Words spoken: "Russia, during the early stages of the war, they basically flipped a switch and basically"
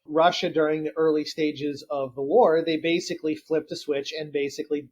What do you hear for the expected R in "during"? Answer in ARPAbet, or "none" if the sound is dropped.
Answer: R